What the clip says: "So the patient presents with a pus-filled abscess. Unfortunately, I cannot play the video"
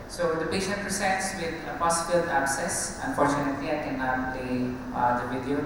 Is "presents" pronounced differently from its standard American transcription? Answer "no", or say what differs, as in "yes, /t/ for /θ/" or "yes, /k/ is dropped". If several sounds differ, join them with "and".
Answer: yes, /s/ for /z/ and /n/ is dropped